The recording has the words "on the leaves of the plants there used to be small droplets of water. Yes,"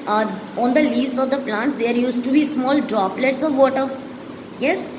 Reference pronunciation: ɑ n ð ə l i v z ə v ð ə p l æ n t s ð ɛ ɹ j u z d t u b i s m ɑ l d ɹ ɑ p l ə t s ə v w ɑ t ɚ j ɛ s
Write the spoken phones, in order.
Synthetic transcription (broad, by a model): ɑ n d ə l i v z ə v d ə p l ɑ n t s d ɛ ɹ j u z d t u b i s m ɑ l d ɹ ɑ p l ə t s ə v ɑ t ɚ j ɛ s